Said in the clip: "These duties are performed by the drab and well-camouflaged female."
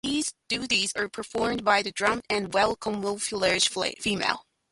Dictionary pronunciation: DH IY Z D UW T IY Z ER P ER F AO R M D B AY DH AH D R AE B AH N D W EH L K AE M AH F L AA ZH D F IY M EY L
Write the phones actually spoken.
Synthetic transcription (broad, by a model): DH IY Z D UW T IY Z ER P ER F AO R M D B AY DH AH D R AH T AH N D W EH L K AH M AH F L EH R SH F IY M EY L